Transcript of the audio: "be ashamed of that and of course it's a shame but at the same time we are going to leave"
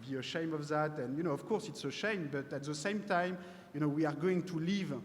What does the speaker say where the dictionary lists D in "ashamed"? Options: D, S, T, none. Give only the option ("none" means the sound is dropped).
none